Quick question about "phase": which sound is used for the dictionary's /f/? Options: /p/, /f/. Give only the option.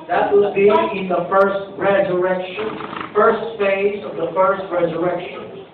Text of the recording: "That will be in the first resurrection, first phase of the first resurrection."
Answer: /f/